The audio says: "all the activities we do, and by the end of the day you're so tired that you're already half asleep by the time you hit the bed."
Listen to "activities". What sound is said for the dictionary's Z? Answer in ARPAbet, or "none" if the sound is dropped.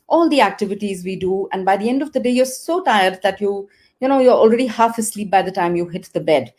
Z